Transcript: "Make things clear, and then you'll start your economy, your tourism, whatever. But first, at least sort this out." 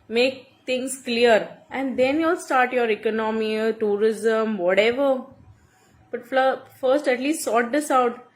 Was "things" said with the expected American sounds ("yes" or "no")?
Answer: no